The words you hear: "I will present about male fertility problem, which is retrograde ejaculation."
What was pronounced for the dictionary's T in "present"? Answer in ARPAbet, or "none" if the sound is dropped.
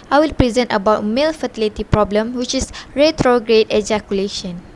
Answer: T